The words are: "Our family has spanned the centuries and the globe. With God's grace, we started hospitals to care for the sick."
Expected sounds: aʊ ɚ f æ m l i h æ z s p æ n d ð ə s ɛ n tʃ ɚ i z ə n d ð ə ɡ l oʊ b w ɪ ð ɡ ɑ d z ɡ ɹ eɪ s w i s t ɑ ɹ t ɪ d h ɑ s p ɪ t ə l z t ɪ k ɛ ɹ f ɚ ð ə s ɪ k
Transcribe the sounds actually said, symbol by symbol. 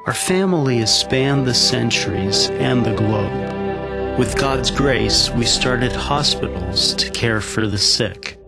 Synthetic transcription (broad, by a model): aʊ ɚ f æ m l i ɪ s p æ n ð ə s ɛ n tʃ ɚ i z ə n ð ə ɡ l oʊ b w ɪ ð ɡ ɑ d z ɡ ɹ eɪ s w i s t ɑ ɹ t ɪ d h ɑ s p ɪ t l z t ɪ k ɛ ɹ f ɚ ð ə s ɪ k